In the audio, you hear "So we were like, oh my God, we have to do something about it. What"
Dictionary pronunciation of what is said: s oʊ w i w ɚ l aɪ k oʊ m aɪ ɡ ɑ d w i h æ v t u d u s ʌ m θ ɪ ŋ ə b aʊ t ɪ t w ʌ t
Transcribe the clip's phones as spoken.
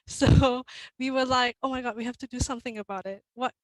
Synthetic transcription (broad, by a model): s oʊ w i w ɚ l aɪ k oʊ m aɪ ɡ ɑ d w i h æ f t u d u s ʌ m θ ɪ ŋ ə b aʊ t ɪ t w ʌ t